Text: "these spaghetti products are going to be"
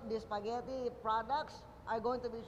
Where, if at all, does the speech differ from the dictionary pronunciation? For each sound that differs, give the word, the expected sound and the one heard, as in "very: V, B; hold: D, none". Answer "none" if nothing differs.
none